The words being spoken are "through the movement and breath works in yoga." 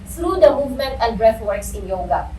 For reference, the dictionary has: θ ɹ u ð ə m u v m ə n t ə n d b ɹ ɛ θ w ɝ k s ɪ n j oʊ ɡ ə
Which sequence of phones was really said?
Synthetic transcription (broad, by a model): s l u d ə m u v m ə n t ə n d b ɹ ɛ f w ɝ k s ɪ n j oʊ ɡ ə